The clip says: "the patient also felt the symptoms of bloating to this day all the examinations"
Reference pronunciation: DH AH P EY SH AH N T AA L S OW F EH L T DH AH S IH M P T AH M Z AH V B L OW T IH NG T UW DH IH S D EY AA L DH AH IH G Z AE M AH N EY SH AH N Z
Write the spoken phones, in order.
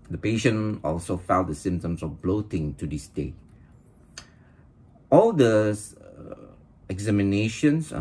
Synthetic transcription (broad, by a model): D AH P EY SH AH N AA L S OW F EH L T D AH S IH M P T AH M S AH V B L OW T IH NG T UW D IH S D EY AA L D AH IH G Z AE M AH N EY SH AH N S